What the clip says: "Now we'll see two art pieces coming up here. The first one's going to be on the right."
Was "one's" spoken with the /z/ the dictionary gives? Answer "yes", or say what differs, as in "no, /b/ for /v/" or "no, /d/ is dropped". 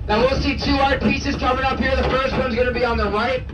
yes